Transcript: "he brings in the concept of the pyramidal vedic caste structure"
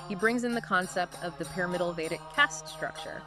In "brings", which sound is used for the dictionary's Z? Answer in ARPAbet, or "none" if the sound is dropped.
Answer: Z